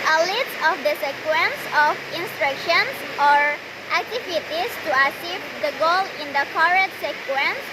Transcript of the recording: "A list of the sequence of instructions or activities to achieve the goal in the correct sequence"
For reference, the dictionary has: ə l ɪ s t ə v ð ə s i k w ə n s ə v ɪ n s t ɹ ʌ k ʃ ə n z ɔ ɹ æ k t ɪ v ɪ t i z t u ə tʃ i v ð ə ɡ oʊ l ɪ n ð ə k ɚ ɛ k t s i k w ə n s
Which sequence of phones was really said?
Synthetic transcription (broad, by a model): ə l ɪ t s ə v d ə s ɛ k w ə n s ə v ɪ n s t ɹ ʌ k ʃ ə n s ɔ ɹ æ k t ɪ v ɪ t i s t u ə s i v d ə ɡ oʊ l ɪ n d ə k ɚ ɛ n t s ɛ k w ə n s